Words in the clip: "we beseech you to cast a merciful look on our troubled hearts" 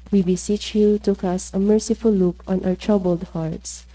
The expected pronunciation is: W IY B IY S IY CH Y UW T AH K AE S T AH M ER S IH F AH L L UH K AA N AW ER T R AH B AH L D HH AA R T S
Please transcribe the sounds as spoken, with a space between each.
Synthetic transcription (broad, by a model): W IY B IY S IY CH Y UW T AH K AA S AH M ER S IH F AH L L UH K AA N AW ER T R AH B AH L D HH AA R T S